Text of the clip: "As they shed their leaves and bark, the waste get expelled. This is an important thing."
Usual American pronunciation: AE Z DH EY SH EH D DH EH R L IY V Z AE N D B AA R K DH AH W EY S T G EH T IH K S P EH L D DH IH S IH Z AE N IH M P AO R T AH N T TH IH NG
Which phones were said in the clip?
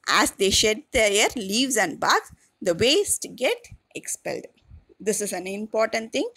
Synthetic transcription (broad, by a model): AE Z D EY SH EH D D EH R L IY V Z AE N D B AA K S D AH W EY S T G EH T IH K S P EH L D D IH S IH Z AE N IH M P AO R T AH N T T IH NG